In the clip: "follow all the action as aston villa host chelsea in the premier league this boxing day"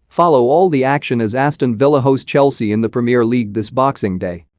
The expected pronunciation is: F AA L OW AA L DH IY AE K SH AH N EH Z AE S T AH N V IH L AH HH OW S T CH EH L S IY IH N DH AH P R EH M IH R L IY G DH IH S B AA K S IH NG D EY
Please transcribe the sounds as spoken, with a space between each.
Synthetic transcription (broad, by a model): F AA L OW AA L DH IY AE K SH AH N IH Z AE S T AH N V IH L AH HH OW S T CH EH L S IY IH N DH AH P R EH M IH R L IY G DH IH S B AA K S IH NG D EY